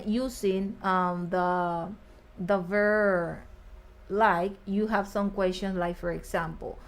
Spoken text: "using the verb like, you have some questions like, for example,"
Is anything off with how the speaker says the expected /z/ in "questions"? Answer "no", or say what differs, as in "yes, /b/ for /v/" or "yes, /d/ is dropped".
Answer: yes, /s/ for /z/